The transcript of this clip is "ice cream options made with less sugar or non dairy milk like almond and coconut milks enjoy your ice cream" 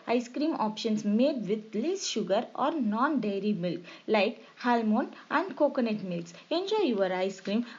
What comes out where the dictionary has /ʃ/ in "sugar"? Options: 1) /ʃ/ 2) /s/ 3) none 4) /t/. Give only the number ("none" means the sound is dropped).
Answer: 1